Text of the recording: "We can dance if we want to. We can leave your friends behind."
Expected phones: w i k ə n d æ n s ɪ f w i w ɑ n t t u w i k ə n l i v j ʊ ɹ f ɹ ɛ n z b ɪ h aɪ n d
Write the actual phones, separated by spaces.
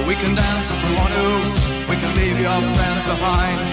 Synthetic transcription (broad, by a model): w i k ə n d æ n s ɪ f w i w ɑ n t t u w i k ə n l i v j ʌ ɹ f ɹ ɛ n z b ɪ h aɪ n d